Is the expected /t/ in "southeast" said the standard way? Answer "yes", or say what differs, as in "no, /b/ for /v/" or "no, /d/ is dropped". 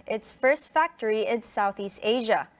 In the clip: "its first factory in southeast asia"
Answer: yes